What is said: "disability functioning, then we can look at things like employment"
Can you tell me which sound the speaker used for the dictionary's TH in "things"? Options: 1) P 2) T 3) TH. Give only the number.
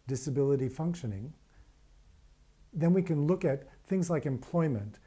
3